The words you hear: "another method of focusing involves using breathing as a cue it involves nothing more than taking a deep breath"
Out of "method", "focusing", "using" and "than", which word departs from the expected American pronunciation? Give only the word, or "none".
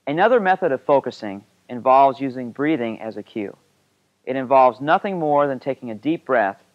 none